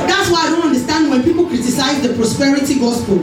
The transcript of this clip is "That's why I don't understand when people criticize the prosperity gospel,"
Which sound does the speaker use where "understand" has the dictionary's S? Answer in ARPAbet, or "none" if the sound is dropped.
S